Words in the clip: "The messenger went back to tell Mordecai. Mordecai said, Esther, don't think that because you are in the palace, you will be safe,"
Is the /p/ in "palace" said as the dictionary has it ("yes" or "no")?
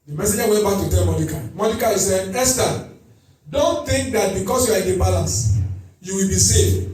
no